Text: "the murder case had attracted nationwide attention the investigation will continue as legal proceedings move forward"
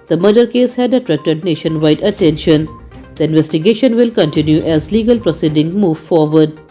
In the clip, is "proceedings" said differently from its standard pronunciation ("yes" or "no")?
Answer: yes